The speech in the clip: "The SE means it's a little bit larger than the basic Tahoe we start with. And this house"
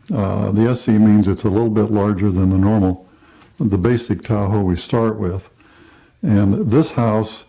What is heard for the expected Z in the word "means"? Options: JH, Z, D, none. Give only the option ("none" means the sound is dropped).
Z